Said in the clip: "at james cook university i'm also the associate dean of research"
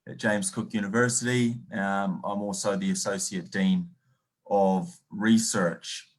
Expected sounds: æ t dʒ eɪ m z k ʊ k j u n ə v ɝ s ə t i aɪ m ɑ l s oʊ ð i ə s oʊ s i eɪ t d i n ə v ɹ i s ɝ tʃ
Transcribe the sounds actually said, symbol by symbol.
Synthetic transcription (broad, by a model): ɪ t dʒ eɪ m z k ʊ k j u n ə v ɝ s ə t i aɪ m ɑ l s oʊ ð i ə s oʊ s i eɪ t d i n ə v ɹ i s ɝ tʃ